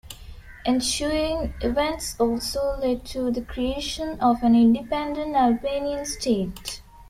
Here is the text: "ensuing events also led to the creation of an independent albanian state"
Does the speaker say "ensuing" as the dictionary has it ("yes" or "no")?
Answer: no